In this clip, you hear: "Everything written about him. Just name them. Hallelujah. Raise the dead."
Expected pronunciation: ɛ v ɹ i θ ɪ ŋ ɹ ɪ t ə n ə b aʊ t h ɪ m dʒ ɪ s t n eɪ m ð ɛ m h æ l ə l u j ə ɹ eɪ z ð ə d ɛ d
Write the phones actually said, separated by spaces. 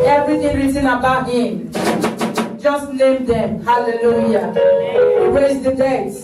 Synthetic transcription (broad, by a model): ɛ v ɹ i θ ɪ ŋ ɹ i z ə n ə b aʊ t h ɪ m dʒ ɪ s t l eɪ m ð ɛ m h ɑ l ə l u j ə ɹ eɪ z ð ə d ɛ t